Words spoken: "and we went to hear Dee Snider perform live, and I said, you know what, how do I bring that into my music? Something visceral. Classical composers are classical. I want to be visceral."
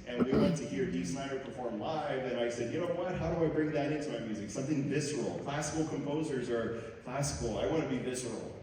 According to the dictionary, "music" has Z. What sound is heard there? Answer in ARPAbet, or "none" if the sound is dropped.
Z